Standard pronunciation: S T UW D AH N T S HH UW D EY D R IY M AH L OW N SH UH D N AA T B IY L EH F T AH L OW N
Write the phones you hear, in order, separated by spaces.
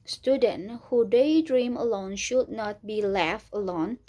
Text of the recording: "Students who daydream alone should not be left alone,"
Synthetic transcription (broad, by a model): S T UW D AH N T HH UW D EY D R IY M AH L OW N SH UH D N AA T B IY L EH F AH L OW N